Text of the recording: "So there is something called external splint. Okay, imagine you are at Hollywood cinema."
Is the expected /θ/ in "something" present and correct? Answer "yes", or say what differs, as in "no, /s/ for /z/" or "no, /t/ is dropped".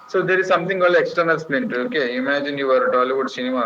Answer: no, /t/ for /θ/